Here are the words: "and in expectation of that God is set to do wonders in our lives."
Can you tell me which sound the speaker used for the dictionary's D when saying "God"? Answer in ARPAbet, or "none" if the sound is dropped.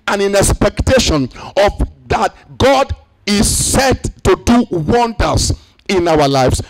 D